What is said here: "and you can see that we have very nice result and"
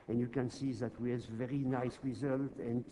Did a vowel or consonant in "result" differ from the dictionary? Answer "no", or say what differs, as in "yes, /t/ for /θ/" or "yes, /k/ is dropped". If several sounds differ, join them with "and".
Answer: no